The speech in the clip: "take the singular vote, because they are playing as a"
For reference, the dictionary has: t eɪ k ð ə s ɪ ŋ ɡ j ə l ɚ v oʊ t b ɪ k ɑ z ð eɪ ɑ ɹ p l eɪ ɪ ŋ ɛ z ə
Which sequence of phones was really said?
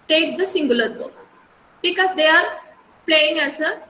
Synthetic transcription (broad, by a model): t eɪ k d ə s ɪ ŋ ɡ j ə l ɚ b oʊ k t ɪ k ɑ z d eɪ ɑ ɹ p l eɪ ɪ ŋ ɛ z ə